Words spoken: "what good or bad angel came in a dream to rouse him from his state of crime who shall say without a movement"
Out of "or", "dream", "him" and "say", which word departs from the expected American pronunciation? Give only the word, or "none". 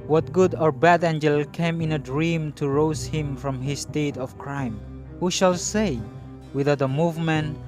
none